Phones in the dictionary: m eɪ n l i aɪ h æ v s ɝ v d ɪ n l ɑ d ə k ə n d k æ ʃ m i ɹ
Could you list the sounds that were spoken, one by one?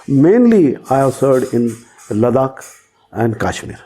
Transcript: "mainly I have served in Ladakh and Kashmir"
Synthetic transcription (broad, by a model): m eɪ n l i aɪ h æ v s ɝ d ɪ n l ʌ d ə k ə n d k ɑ ʃ m i ɹ